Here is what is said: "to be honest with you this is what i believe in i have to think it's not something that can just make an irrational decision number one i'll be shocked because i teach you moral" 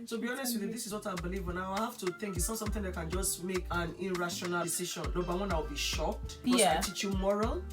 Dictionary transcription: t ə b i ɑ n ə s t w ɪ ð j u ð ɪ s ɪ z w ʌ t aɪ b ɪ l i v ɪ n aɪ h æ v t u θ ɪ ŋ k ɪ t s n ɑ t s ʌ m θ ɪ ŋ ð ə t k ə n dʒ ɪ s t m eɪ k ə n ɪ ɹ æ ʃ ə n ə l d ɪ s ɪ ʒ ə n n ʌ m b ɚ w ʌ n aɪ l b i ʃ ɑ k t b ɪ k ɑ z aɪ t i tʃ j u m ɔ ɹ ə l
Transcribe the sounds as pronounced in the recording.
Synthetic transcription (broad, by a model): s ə b i ɑ n ə s t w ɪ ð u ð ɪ s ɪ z w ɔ t aɪ b ɪ l i v ɪ n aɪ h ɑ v t u θ ɪ ŋ k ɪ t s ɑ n s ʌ m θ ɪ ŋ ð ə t k ə n dʒ ɪ s t m eɪ k ə n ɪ ɹ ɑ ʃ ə n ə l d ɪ s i ʃ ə n l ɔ b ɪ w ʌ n aɪ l b i ʃ ɑ k t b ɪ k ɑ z aɪ t i tʃ j u m ɔ ɹ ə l